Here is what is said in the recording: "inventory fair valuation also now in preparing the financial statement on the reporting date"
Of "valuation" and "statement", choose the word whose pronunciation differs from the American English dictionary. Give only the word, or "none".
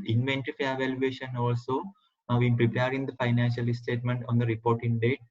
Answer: none